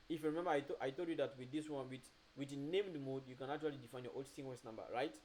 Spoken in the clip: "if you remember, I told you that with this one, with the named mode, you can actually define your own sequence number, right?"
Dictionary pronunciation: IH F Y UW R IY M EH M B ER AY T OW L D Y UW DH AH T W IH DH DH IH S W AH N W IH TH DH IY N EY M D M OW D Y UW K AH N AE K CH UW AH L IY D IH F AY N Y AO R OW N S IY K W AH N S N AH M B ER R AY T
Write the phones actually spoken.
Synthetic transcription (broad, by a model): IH F Y UW R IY M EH M B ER AY T OW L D Y UW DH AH T W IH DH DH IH S W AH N W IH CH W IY N EY M D M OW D Y UW K AH N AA K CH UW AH L IY D IH F AY N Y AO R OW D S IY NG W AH S N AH M B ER R AY T